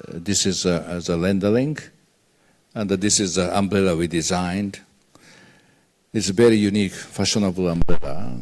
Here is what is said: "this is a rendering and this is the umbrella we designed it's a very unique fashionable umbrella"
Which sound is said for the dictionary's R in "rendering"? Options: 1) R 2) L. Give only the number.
2